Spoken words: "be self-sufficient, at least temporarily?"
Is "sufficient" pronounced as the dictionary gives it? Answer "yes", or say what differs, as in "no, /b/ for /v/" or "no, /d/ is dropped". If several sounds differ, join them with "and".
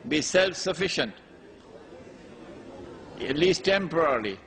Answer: yes